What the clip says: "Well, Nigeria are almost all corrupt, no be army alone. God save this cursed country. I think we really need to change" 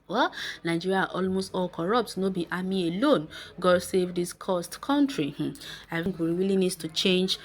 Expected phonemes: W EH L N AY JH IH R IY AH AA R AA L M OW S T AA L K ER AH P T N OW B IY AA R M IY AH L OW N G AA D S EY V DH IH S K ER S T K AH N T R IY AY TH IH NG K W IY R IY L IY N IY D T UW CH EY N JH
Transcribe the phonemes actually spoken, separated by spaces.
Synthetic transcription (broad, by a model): W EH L N AY JH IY R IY AA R AA L M OW S T AA L K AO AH P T N OW B IY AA M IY AH L OW N G AA D S EY V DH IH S K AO S T K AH N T R IY AY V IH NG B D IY W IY L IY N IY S T UW CH EY N JH